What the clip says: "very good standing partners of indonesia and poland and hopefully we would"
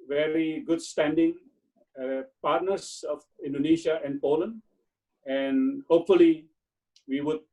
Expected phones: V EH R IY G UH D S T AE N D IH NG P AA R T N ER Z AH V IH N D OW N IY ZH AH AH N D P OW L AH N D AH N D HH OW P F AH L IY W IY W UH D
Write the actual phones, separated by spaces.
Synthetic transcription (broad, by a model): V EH R IY G UH D S T AE N D IH NG P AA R T N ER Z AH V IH N D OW N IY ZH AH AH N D P OW L AH N D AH N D HH OW P F AH L IY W IY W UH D